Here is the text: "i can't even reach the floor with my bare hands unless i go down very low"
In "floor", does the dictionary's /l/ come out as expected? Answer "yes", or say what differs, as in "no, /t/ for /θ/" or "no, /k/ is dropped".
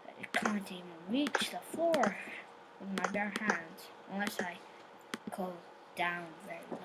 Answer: no, /l/ is dropped